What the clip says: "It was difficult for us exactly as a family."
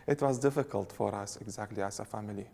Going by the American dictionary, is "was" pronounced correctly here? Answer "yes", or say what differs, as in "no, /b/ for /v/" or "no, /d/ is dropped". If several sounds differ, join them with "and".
yes